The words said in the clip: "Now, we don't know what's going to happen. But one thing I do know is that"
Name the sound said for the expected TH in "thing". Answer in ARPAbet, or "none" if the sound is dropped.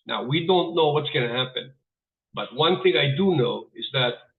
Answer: TH